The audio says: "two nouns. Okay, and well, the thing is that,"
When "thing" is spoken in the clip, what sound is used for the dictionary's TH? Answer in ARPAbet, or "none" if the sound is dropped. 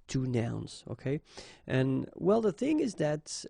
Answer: TH